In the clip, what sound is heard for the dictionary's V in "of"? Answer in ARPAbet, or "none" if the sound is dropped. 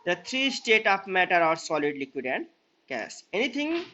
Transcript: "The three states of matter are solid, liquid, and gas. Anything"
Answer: P